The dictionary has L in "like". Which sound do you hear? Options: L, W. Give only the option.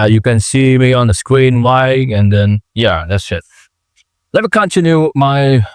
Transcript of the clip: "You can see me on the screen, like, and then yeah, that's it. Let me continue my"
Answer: W